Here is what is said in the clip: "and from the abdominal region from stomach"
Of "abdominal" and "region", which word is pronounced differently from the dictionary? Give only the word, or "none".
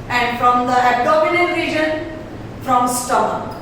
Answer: abdominal